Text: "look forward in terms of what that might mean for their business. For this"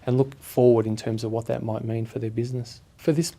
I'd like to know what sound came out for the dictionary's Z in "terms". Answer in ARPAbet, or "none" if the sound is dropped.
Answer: Z